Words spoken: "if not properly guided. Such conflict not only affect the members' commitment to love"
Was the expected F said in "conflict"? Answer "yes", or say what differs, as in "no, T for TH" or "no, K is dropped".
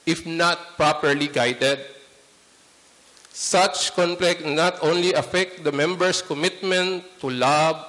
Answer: no, P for F